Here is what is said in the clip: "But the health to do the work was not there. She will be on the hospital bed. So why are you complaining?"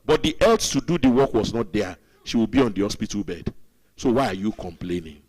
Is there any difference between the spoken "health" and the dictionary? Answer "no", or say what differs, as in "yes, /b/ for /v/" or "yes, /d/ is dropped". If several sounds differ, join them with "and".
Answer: yes, /t/ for /θ/